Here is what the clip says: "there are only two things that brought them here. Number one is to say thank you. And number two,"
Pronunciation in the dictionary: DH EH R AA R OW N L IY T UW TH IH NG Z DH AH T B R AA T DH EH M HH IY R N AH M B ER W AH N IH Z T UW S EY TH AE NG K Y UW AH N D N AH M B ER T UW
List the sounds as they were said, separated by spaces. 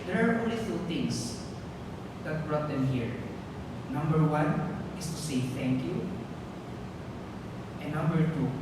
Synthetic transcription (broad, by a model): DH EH R AA R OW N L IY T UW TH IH NG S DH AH T B R AA T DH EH M HH IY R N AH M B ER W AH N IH S T UW S EY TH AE NG K Y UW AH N N AH M B ER T UW